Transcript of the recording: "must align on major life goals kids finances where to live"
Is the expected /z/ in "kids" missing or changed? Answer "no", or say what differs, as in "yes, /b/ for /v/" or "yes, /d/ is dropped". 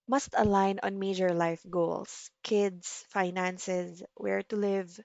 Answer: yes, /s/ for /z/